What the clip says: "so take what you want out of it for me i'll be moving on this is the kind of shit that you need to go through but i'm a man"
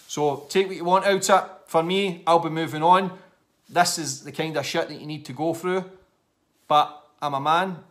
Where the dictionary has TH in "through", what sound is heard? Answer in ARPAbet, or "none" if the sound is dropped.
TH